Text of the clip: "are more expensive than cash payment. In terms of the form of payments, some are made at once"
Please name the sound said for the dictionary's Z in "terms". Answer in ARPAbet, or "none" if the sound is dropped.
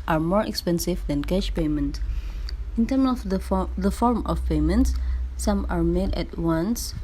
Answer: none